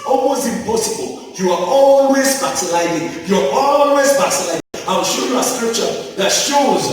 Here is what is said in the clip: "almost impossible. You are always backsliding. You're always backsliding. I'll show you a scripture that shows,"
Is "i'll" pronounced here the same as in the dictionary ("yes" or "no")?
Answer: no